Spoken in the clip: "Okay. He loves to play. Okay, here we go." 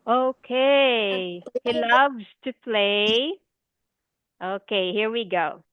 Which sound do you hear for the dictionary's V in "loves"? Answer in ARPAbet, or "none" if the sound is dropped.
V